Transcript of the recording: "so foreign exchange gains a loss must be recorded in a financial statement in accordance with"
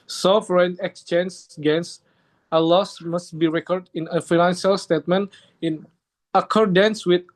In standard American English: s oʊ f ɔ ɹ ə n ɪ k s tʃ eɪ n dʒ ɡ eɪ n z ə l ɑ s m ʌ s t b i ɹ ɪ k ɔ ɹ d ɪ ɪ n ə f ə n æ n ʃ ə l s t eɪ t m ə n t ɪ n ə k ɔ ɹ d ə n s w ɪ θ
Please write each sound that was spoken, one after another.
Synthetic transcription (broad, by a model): s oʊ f ɹ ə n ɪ k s tʃ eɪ n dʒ ɡ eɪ n s ə l ɑ s m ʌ s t b i ɹ ɪ k ɔ ɹ d ɪ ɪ n ə f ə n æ n ʃ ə l s t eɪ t m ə n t ɪ n ə k ɔ ɹ d ə n s w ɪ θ